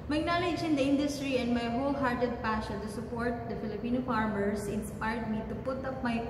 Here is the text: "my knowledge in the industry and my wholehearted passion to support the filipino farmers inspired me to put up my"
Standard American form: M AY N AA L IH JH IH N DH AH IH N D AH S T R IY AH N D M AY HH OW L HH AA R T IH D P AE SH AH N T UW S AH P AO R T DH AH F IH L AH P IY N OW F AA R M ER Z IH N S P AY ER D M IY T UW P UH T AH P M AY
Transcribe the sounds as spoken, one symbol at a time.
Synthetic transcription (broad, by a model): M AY N AA L IH JH IH N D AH IH N D AH S T R IY AH N D M AY HH OW L HH AA R T IH D P AE SH AH N T UW S AH P AO R T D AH F IH L AH P IY N OW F AA R M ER S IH N S P AY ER D M IY T UW P UH T AH P M AY